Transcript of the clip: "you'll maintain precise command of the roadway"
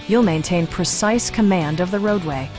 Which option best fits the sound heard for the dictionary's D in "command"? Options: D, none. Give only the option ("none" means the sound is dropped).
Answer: D